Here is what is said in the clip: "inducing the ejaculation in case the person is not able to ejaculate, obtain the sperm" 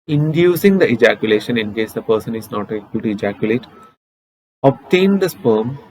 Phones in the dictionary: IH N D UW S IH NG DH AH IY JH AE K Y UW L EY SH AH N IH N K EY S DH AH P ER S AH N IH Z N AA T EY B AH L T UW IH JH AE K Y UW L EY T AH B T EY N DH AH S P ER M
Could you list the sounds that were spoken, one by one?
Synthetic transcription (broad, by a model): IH N D UW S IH NG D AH IY JH AE K Y UW L EY SH AH N IH N K EY S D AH P ER S AH N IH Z N AA T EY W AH L T UW IH JH AE K Y UW L EY T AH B T EY N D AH S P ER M